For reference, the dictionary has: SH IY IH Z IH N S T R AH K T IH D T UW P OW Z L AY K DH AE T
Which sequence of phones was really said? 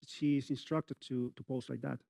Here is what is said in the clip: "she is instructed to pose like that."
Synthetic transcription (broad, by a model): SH IY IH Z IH N S T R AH K T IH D T UW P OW S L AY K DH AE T